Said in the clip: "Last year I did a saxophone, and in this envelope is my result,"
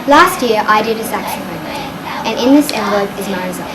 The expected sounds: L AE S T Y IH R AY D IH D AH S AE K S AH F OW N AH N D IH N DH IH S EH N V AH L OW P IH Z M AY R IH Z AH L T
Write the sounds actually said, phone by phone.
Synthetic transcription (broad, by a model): L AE S T Y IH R AY D IH D AH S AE K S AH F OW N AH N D IH N DH IH S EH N B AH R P IH Z M AY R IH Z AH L